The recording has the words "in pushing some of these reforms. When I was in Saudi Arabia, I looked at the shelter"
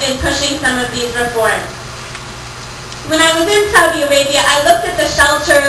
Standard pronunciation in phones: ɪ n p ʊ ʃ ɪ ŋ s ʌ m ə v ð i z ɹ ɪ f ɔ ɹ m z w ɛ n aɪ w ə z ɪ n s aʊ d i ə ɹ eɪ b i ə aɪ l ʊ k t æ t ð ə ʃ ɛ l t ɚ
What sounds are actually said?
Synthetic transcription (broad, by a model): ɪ n p ʊ ʃ ɪ ŋ s ʌ m ə v ð i z ɹ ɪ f ɔ ɹ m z w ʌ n aɪ w ə z ɪ n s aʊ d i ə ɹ eɪ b i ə aɪ l ʊ k t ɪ t ð ə ʃ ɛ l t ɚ